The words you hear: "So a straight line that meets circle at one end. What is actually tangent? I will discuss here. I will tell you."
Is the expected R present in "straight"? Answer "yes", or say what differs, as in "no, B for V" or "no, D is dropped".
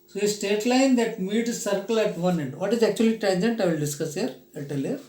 no, R is dropped